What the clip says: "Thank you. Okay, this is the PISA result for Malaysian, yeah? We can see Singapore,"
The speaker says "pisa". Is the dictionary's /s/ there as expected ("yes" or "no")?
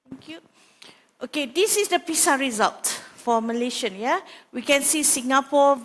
yes